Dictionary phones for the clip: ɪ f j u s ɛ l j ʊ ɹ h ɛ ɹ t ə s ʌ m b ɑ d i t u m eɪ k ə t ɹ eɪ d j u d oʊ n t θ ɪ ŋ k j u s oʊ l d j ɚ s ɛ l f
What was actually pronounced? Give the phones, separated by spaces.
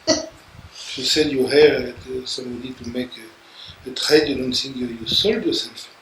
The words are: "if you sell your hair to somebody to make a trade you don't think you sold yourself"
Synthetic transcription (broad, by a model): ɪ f j u s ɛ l j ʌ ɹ h ɛ ɹ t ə s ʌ m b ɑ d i t u m eɪ k ə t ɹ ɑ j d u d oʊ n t s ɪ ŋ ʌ j u s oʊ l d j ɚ s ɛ l f